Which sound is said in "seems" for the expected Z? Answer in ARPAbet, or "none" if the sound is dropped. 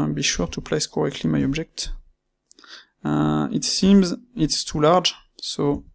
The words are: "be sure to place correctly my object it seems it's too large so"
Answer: Z